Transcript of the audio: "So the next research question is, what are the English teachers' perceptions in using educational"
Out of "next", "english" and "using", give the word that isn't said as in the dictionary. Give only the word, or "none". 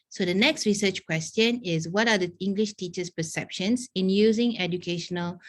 none